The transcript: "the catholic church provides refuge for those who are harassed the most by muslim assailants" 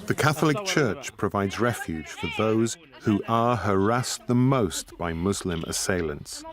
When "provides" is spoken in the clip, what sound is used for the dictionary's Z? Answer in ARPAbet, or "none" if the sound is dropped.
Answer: Z